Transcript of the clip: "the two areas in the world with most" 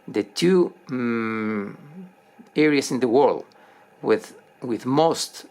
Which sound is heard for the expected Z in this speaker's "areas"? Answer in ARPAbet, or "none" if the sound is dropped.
S